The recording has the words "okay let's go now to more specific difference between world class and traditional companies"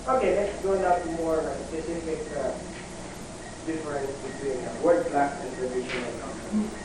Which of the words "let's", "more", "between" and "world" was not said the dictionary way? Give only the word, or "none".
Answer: world